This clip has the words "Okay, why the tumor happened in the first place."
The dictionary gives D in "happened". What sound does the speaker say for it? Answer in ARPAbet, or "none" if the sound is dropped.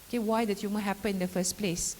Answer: none